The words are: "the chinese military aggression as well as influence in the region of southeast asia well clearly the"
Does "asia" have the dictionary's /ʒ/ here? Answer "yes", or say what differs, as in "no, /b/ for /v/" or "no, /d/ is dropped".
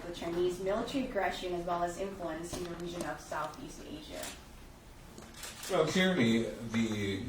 yes